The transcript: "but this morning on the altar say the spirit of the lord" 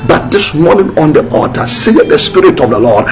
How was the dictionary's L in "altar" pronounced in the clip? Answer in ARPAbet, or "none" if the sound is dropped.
none